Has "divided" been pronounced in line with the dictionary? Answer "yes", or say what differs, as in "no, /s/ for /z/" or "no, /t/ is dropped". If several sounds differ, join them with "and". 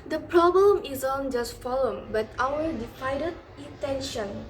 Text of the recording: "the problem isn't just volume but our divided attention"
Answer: no, /f/ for /v/